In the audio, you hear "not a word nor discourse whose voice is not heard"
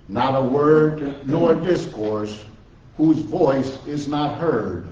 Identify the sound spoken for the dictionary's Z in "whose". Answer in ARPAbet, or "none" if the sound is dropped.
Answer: Z